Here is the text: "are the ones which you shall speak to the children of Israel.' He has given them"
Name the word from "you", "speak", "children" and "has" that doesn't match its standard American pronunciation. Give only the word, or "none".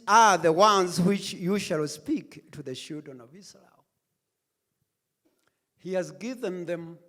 children